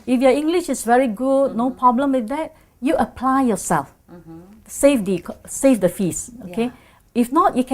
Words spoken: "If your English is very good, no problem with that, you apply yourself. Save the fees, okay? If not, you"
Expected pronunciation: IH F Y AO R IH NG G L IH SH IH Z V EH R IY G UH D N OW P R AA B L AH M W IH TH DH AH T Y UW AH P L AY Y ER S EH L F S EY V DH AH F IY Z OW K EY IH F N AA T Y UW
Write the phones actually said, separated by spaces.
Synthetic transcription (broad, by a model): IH F Y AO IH NG G L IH SH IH S V EH R IY G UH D N OW P R AA B L AH M W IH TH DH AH T Y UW AH P L AY Y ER S EH L F S EY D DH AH F IY S OW K EY IH F N AA T Y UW